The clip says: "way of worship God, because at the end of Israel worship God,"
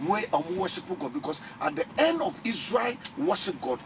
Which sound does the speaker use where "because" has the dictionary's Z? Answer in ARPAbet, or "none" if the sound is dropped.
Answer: S